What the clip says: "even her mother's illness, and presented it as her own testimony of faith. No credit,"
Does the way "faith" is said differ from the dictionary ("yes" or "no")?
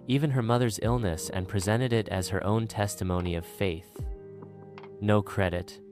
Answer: no